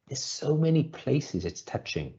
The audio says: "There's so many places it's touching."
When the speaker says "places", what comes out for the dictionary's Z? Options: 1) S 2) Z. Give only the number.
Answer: 2